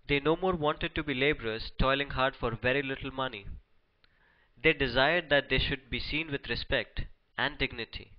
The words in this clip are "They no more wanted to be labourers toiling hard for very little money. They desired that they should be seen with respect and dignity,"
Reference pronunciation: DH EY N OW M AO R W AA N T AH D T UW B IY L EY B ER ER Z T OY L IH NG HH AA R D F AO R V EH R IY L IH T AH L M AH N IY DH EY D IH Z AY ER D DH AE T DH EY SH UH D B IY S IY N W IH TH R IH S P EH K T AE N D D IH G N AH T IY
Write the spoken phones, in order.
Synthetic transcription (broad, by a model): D EY N OW M AO R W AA N T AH D T UW B IY L EY B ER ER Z T OY L IH NG HH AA R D F AO R V EH R IY L IH T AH L M AH N IY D EY D IH Z AY ER D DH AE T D EY SH UH D B IY S IY N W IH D R IH S P EH K T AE N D D IH G N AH T IY